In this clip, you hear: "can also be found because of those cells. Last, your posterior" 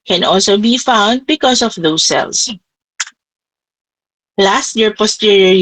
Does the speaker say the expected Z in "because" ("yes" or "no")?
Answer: no